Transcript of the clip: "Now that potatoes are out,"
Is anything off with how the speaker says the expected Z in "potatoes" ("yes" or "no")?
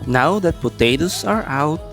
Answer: yes